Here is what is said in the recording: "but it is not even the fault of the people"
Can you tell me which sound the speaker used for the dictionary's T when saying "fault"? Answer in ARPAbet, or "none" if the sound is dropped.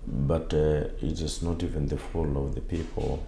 none